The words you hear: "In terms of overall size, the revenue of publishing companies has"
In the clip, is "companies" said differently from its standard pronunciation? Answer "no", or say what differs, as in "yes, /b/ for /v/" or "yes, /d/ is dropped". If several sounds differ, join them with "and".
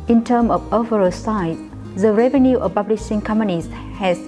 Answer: yes, /s/ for /z/